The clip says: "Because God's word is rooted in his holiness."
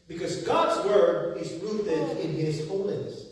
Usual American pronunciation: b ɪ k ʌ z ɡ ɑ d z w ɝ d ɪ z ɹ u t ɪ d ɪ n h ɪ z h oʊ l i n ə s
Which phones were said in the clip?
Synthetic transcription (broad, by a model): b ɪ k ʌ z ɡ ɑ d z w ɝ d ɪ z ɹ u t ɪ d ɪ n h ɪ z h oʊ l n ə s